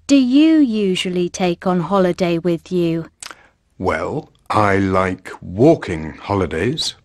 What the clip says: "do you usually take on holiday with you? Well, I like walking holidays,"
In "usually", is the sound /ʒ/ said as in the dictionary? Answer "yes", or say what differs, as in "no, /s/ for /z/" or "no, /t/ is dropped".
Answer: yes